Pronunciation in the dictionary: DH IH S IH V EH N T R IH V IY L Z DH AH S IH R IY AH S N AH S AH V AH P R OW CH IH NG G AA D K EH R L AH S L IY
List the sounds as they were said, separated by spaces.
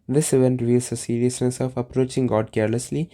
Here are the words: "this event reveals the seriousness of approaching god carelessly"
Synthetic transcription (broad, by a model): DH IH S IH V EH N T R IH V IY L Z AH S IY R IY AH S N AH S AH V AH P R OW CH IH NG G AA D K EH R L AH S L IY